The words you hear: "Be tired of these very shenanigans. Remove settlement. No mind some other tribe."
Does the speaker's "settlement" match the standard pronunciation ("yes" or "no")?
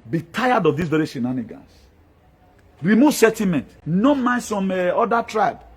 no